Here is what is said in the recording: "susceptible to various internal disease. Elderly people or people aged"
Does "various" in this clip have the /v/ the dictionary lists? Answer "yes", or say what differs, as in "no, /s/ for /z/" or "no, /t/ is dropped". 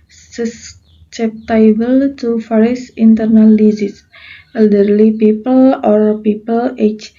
no, /f/ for /v/